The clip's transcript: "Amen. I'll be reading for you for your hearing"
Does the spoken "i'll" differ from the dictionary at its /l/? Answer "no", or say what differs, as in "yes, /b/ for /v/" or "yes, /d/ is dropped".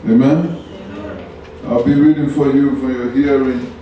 no